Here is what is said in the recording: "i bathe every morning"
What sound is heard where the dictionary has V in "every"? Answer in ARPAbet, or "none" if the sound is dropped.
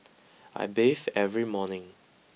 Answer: V